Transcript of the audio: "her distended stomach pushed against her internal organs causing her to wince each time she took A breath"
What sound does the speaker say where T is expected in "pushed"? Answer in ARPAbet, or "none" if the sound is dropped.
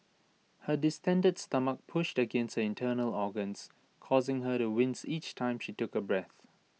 T